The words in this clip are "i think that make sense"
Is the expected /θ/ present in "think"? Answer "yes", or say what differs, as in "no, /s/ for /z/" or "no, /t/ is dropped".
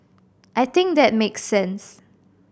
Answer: no, /t/ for /θ/